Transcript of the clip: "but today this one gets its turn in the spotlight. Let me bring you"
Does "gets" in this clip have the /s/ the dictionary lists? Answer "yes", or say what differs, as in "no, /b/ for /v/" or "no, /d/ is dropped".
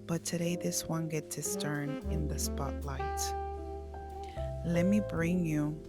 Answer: no, /s/ is dropped